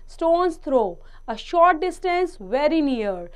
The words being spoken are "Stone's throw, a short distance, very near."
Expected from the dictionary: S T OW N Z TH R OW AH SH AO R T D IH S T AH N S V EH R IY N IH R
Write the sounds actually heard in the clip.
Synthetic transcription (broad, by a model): S T OW N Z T R OW AH SH AO R T D IH S T AH N S V EH R IY N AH R